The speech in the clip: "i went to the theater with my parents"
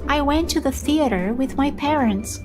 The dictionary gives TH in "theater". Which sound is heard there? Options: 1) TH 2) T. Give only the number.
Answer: 1